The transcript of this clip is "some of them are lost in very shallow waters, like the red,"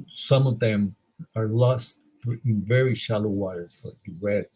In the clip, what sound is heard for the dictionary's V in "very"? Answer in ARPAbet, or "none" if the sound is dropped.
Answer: V